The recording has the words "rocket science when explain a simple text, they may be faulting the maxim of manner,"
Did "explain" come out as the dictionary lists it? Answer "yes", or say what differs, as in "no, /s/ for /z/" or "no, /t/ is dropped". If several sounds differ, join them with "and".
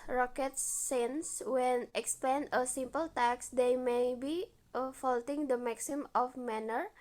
no, /l/ is dropped